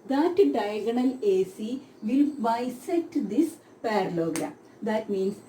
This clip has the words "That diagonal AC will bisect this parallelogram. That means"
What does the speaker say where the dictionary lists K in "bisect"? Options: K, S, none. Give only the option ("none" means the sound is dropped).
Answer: none